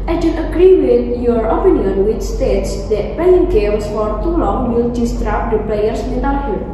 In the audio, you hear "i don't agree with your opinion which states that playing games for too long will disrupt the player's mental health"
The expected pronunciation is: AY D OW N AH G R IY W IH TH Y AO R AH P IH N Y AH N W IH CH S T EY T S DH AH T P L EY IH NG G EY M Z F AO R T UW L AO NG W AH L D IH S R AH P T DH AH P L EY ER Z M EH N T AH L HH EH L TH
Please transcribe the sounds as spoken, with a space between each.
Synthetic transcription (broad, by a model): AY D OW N AH G R IY W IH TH Y AO R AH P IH N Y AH N W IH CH S T EY T S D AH T P L EY IH NG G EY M S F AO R T UW L AO NG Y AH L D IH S R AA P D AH P L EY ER S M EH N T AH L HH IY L